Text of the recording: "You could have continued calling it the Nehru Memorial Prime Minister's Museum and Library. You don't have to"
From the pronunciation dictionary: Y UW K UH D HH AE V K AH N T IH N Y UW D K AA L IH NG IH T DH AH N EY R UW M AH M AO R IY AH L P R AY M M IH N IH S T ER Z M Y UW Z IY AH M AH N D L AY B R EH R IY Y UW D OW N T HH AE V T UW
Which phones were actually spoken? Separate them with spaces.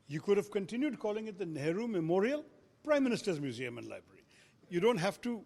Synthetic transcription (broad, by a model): Y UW K UH D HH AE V K AH N T IH N Y UW D K AA L IH NG IH T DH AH N EY R UW M AH M AO R IY AH L P R AY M M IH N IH S T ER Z M Y UW Z IY AH M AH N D L AY B R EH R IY Y UW D OW N T HH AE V T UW